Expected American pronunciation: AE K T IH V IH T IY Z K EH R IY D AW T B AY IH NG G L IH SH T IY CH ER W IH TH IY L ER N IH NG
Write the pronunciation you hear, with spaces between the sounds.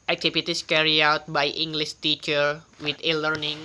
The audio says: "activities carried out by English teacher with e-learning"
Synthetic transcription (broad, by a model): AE K T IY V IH T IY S K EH R IY AW T B AY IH NG G L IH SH T IY CH ER W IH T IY L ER N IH NG